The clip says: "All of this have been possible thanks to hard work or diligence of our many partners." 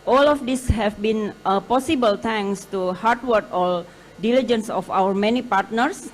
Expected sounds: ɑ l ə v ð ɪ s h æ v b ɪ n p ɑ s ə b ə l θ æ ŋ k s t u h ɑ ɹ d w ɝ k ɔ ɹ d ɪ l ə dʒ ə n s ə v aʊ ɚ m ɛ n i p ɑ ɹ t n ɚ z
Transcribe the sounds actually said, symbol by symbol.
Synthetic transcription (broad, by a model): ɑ l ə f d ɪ s h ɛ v b ɪ n p ɑ s ə b ə l t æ ŋ s t u h ɑ ɹ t w ɝ k ɔ l d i l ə dʒ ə n s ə f aʊ ɚ m ɛ n i p ɑ ɹ t n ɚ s